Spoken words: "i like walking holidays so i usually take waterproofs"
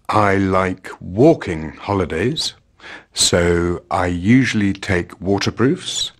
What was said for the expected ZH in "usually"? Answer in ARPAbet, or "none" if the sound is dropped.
ZH